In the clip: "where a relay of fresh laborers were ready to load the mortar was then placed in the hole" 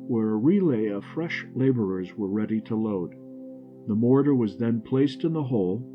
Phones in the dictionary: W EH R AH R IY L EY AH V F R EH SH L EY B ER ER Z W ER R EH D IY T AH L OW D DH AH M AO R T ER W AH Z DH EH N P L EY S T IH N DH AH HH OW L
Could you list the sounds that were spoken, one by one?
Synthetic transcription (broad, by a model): W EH R AH R IY L EY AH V F R EH SH L EY B ER ER Z W ER R EH D IY T AH L OW D DH AH M AO R T ER W AH Z DH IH N P L EY S T IH N DH AH HH OW L